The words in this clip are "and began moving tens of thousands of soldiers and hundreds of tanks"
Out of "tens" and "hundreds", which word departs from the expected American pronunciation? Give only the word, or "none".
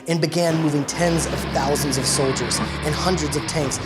none